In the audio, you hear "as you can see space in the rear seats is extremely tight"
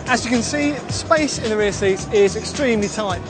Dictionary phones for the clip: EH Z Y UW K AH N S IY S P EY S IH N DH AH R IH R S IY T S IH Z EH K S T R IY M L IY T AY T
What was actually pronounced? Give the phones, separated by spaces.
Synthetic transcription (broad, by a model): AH Z Y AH K AH N S IY S P EY S IH N DH AH R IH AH S IY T IH Z EH K S T R IY M L IY T AY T